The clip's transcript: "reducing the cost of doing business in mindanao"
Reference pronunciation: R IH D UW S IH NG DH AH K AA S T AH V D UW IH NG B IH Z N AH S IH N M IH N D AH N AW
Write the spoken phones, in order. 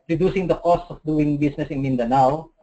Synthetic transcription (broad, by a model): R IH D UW S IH NG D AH K AA S T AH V D UW IH NG B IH S N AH S IH N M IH N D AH N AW